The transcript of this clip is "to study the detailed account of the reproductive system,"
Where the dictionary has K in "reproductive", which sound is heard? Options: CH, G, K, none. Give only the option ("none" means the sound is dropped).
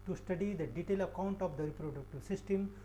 K